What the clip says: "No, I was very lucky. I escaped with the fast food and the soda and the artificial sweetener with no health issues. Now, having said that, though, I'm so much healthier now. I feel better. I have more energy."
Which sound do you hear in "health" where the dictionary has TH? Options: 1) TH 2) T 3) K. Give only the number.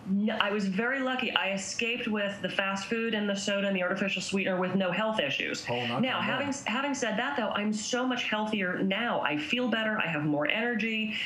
1